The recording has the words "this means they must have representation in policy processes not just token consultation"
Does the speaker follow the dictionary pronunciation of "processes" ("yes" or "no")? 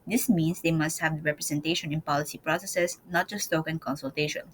no